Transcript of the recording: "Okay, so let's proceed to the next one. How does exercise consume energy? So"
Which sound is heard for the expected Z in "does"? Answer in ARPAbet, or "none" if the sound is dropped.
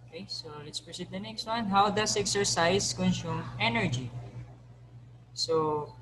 S